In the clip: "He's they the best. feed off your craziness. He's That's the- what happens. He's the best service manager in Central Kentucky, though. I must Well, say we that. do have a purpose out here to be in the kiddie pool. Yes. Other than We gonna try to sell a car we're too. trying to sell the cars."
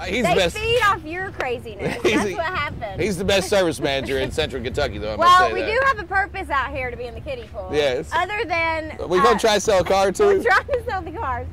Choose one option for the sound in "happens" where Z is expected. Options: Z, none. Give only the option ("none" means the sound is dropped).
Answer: none